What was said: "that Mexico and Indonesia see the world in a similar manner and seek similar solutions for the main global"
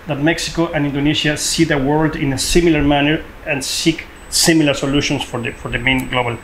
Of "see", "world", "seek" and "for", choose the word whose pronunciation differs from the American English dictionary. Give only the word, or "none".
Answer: none